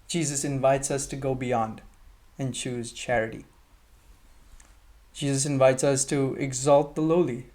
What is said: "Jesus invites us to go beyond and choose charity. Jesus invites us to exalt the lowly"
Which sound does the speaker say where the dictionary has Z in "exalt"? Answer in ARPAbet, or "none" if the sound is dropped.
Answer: Z